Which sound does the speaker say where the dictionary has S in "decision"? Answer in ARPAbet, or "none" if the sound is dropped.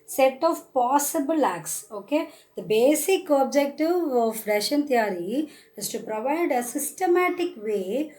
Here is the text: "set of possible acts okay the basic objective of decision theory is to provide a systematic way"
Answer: SH